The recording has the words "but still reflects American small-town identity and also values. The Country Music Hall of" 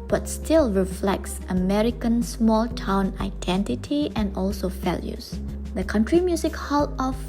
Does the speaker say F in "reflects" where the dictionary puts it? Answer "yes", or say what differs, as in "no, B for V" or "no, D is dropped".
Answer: yes